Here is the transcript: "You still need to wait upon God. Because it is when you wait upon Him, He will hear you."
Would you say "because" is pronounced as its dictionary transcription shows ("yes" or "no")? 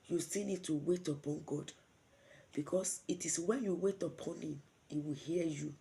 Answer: no